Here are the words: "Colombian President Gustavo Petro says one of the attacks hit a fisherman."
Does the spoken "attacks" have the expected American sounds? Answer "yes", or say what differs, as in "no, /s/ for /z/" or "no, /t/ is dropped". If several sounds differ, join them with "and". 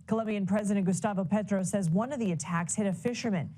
yes